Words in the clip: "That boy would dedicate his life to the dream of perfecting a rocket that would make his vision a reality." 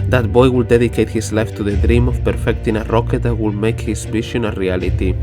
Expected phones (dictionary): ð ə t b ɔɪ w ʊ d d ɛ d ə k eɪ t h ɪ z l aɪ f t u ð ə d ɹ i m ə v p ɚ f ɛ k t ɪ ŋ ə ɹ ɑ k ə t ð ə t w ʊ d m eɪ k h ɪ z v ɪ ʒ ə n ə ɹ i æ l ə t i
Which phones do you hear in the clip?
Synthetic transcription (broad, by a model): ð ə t b ɔɪ w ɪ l d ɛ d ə k eɪ t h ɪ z l aɪ f t u ð ə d ɹ i m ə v p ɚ f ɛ k t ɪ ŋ ə ɹ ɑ k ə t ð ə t w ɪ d m eɪ k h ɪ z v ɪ ʃ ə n ə ɹ i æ l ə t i